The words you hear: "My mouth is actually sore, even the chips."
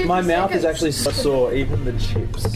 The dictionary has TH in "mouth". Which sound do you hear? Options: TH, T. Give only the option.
TH